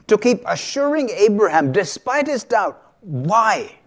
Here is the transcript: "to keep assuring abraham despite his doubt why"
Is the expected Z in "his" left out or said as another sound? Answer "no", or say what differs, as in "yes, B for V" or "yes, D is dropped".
no